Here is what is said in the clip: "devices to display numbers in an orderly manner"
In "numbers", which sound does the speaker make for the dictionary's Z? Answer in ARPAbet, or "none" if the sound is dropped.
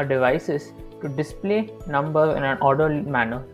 none